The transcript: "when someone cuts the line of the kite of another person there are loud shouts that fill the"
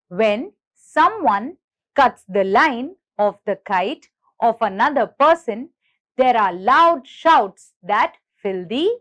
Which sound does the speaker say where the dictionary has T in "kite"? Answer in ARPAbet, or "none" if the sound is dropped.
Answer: T